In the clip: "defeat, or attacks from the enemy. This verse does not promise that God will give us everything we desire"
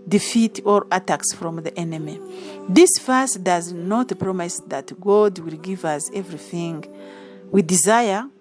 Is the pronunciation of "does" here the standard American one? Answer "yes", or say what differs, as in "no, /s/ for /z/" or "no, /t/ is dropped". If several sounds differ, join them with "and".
yes